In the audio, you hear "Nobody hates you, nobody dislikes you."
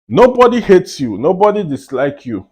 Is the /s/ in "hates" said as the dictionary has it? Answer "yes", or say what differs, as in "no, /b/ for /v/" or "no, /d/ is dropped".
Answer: yes